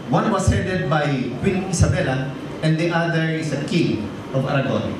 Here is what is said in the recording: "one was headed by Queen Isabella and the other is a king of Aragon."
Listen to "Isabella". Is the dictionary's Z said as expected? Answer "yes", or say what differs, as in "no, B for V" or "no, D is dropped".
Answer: no, S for Z